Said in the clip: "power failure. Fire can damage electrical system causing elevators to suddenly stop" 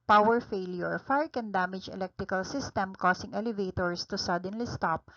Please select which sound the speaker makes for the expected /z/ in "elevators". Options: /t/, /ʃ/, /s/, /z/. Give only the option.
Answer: /s/